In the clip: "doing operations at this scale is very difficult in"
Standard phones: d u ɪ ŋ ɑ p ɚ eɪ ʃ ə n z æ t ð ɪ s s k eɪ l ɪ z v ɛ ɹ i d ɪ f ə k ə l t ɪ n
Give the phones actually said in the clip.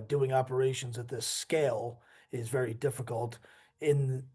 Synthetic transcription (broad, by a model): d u ɪ ŋ ɑ p ɚ eɪ ʃ ə n z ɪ t ð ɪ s s k eɪ l ɪ z v ɛ ɹ i d ɪ f ə k ə l t ɪ n